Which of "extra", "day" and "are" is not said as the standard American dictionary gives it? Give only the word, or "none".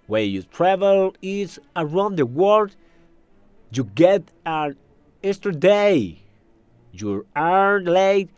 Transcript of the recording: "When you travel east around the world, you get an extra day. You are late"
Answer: extra